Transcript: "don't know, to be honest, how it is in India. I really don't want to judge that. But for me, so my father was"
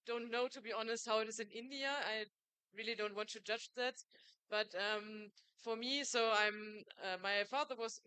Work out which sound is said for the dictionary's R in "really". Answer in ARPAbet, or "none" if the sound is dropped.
R